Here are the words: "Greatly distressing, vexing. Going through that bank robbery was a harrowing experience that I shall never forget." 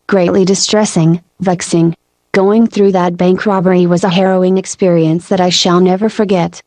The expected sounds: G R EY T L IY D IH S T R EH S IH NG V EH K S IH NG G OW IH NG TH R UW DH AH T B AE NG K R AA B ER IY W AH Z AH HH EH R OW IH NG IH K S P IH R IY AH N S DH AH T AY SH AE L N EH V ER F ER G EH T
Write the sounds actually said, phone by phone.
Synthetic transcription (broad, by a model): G R EY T L IY D IH S T R EH S IH NG V EH K S IH NG G OW IH NG TH R UW DH AH T B AE NG K R AA B ER IY W AH Z AH HH EH R OW IH NG IH K S P IH R IY AH N S DH AH T AY SH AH L N EH V ER F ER G EH T